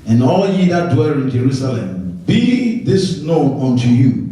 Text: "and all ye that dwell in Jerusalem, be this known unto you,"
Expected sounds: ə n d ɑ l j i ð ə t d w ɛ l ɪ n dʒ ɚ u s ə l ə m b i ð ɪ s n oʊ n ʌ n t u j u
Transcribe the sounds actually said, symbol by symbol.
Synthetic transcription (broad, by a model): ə n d ɑ l j i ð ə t d w ɛ l ɪ n dʒ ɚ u s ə l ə m b i ð ɪ s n oʊ ʌ n t u j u